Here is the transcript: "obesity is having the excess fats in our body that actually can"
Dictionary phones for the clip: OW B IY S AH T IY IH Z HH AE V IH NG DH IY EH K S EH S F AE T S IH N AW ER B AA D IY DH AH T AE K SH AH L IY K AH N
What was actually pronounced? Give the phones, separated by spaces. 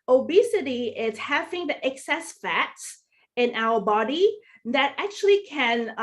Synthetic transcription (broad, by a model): OW B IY S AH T IY IH Z HH AE V IH NG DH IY EH K S EH S F AE T S IH N AW ER B AA D IY DH AH T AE K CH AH L IY K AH N